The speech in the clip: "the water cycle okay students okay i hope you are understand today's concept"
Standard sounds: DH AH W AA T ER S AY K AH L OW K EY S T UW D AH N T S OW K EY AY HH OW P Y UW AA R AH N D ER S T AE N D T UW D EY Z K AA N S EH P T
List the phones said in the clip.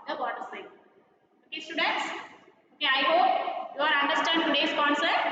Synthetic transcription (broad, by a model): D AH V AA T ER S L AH OW K EY S T UW D AH N T S OW K EY AY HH OW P Y UW AA R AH N D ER S T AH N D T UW D EY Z K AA N S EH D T